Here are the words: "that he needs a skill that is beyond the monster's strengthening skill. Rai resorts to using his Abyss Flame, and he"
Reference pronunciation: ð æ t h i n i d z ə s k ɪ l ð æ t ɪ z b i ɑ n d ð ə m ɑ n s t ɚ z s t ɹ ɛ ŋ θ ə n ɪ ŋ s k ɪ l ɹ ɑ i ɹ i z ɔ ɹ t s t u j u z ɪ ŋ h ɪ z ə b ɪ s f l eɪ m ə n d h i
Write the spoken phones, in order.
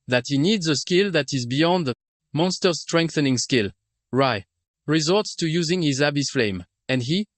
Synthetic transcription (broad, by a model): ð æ t h i n i d z ə s k ɪ l ð æ t ɪ z b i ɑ n d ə m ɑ n s t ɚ s t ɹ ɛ ŋ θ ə n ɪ ŋ s k ɪ l ɹ ɑ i ɹ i z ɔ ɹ t s t u j u z ɪ ŋ h ɪ z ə b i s f l eɪ m ə n d h i